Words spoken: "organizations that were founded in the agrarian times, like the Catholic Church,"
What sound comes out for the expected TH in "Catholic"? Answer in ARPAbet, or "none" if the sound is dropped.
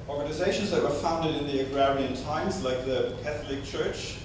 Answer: TH